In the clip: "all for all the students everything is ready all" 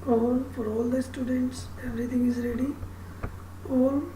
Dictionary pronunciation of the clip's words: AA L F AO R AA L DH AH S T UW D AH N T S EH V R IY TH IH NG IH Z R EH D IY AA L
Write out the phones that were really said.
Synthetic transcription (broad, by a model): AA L F AO R AA L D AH S T UW D AH N T S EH V R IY T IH NG IH Z R EH D IY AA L